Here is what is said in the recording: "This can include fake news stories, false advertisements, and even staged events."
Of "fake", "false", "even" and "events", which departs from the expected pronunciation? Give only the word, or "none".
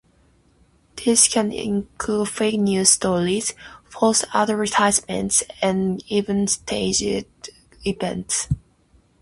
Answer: false